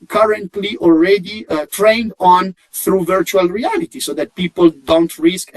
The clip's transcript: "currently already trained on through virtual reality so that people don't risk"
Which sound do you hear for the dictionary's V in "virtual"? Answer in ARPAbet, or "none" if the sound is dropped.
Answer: V